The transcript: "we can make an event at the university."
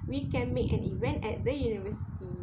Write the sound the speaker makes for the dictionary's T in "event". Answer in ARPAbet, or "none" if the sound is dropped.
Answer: T